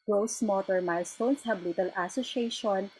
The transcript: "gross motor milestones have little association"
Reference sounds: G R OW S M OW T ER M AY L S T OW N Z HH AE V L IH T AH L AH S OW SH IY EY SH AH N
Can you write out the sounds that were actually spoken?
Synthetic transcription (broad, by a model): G R OW S M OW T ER M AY L S T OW N S HH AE B L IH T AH L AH S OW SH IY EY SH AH N